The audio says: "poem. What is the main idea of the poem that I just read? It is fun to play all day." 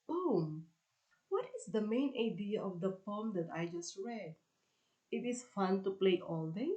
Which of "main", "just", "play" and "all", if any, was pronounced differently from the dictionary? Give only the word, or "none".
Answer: none